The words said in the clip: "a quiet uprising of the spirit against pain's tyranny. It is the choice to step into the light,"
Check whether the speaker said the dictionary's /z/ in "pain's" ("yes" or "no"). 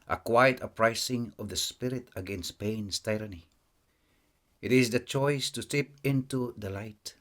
no